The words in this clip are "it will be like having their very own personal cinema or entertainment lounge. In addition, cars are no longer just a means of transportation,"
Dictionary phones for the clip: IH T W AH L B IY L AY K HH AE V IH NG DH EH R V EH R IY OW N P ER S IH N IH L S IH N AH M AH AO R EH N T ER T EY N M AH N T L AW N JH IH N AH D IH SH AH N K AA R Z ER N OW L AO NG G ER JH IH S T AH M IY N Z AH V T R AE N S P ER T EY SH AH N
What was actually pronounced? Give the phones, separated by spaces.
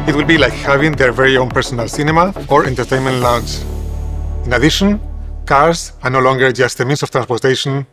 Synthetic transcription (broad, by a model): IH T W AH L B IY L AY K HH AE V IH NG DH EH R V EH R IY OW N P ER S IH N IH L S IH N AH M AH AO R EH N T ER T EY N M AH N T L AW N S IH N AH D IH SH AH N K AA R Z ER N OW L AO NG G ER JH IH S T AH M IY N S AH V T R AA N S P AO T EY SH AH N